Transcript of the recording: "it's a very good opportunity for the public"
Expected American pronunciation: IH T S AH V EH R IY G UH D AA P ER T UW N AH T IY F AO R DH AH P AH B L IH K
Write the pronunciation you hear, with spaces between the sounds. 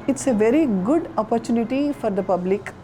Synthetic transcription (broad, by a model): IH T S AH V EH R IY G UH D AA P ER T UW N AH T IY F AO R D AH P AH B L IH K